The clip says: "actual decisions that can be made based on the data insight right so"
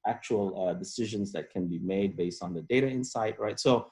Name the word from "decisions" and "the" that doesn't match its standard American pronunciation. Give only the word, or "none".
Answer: none